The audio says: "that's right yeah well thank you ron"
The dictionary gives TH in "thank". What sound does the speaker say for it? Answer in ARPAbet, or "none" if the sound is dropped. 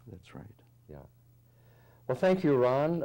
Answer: TH